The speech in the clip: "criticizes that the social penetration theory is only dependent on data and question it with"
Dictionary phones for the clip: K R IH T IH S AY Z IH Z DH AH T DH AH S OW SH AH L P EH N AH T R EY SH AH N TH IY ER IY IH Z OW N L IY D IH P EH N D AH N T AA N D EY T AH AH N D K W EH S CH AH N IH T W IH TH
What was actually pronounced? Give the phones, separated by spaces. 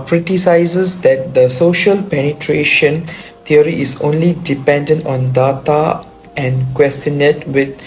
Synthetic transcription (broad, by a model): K R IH T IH S AY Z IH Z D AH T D AH S OW SH AH L P EH N AH T R EY SH AH N T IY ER IY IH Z OW N L IY D IH P EH N D AH N T AA N D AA T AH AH N K W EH S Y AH N IH T W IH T